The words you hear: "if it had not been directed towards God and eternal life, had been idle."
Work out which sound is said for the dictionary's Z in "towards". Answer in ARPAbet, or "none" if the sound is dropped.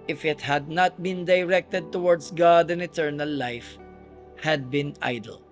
S